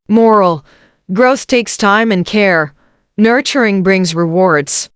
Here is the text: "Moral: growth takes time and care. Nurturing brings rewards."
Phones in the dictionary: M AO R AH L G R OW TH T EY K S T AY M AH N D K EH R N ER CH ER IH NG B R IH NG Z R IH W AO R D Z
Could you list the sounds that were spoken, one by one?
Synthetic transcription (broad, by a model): M AO R L G R OW TH T EY K S T AY M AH N K EH R N ER CH ER IH NG B R IH NG Z R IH W AO R D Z